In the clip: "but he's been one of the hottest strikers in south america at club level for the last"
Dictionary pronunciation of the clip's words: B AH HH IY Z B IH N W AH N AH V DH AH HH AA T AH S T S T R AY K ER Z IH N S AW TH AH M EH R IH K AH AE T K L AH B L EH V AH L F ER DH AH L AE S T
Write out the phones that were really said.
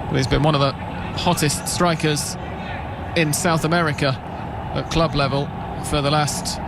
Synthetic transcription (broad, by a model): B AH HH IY Z B IH N W AH N AH V DH AH HH AA T AH S T S T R AY K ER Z IH N S AW TH AH M EH R IH K AH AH T K L AH B L EH V AH L F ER DH AH L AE S T